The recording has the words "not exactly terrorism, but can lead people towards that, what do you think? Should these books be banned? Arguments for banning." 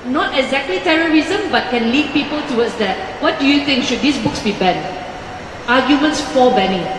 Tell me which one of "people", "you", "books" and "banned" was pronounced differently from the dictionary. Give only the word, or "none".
banned